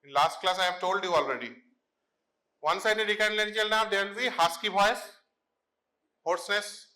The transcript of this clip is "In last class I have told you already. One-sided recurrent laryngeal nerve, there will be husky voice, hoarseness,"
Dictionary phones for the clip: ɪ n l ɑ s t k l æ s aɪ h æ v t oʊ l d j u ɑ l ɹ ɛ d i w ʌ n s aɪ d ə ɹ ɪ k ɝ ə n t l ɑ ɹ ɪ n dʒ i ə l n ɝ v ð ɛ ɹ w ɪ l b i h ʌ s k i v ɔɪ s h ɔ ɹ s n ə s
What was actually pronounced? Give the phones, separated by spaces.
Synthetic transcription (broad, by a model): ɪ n l ɑ s t k l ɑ s aɪ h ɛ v t oʊ l d j u ɑ l ɹ ɛ d i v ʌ n s aɪ d ə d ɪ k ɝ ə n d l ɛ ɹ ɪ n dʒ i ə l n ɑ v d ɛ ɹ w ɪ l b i h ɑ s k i b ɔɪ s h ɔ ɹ s n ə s